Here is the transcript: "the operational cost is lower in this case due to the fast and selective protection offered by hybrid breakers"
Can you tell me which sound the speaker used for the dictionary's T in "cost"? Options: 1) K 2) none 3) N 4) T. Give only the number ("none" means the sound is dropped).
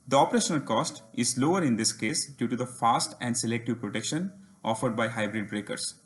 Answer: 4